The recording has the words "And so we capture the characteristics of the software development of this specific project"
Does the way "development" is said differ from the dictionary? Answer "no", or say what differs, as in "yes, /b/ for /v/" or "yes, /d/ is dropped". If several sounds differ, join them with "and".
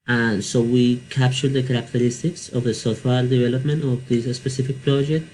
no